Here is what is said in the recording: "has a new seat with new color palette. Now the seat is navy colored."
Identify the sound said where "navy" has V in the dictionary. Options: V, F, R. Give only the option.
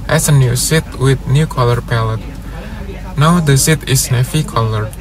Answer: F